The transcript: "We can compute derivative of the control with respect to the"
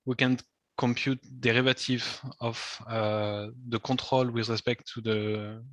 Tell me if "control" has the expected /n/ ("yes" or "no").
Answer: no